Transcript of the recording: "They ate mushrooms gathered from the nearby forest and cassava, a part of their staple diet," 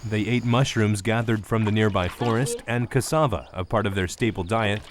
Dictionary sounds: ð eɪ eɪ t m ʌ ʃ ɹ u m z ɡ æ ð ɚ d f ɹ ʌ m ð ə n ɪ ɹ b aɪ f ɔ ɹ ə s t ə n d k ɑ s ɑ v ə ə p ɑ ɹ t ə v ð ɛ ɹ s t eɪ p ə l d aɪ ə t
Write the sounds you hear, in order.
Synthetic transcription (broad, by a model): ð eɪ eɪ t m ʌ ʃ ɹ u m z ɡ æ ð ɚ d f ɹ ʌ m ð ə n ɪ ɹ b aɪ f ɔ ɹ ə s t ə n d k ɑ s ɑ v ə ə p ɑ ɹ t ə v ð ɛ ɹ s t eɪ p l d aɪ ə t